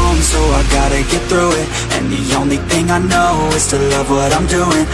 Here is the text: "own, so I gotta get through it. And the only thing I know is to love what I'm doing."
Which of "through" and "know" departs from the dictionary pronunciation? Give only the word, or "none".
none